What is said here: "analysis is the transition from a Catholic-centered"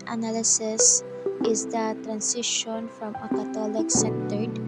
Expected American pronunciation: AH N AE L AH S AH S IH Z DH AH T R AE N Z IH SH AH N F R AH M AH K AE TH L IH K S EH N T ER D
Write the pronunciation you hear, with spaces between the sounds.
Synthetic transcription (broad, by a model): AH N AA L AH S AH S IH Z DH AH T R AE N S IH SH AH N F R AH M AH K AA T L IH K S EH N T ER D